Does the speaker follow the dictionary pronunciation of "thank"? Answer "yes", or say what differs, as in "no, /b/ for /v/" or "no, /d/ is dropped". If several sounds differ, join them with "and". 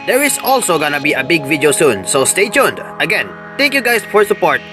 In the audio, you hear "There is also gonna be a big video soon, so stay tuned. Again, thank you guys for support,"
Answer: no, /t/ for /θ/